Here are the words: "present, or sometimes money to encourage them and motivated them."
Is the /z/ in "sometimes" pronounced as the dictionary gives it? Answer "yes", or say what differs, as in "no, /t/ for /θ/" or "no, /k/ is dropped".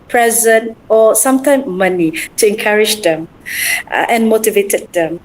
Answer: no, /z/ is dropped